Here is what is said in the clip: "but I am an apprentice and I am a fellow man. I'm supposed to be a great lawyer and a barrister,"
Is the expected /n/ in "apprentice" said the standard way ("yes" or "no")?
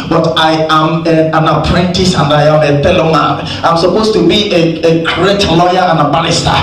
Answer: yes